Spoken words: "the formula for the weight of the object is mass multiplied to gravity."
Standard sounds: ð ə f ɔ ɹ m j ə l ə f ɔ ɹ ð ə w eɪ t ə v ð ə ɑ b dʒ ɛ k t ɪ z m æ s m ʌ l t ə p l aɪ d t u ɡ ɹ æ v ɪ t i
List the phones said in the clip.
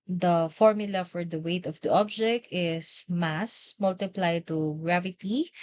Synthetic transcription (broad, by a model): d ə f ɔ ɹ m j ə l ə f ɔ ɹ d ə w eɪ t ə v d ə ɑ b dʒ ɛ k t ɪ s m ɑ s m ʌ l t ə p l aɪ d t u ɡ ɹ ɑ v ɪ t i